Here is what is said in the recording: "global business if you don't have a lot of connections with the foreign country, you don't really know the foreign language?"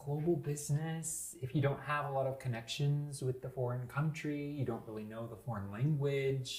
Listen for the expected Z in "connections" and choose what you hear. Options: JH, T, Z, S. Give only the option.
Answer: Z